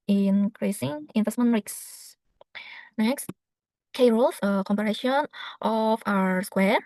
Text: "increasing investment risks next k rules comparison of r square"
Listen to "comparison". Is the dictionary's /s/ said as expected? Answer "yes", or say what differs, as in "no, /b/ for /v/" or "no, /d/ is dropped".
no, /ʃ/ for /s/